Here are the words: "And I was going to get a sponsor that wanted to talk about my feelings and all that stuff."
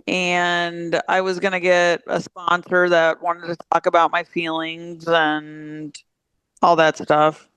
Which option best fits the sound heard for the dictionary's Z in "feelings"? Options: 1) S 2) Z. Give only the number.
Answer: 2